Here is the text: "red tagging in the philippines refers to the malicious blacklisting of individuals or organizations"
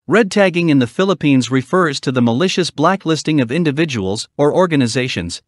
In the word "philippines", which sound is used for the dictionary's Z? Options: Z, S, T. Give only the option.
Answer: Z